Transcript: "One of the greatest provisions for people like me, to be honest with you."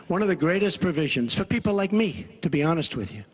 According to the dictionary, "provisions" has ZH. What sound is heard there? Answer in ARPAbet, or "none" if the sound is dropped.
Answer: ZH